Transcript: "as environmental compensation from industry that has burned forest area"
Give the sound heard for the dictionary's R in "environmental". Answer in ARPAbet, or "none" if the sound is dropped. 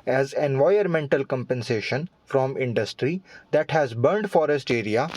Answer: none